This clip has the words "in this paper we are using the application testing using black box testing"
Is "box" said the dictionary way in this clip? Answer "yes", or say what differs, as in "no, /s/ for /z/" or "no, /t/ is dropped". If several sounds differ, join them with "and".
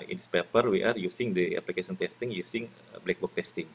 no, /s/ is dropped